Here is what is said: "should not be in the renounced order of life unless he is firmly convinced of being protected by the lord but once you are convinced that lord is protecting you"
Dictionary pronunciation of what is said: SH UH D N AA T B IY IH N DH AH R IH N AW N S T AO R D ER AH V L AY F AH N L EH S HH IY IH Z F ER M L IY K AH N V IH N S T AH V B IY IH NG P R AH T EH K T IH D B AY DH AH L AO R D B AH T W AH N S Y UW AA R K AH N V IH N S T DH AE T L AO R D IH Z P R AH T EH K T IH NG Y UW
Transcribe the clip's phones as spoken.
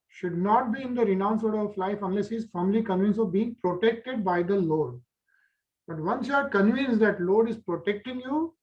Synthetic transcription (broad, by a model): SH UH D N AA T B IY IH N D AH R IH N AW N S AO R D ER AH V L AY F AH N L EH S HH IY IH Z F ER M L IY K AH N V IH N S AH V B IY IH NG P R AH T EH K T IH D B AY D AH L AO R D B AH T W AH N S Y UW AA R K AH N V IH N S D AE T L AO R D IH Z P R AH T EH K T IH NG Y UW